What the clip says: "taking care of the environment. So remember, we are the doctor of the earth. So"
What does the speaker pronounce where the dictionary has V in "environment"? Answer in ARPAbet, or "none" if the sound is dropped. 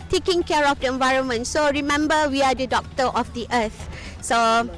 V